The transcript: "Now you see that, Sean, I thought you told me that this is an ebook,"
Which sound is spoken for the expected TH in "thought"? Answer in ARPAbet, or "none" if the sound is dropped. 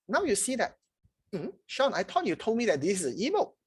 T